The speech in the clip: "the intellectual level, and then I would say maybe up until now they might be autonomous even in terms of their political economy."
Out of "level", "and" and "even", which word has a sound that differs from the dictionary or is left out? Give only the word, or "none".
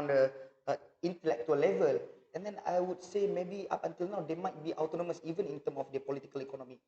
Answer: none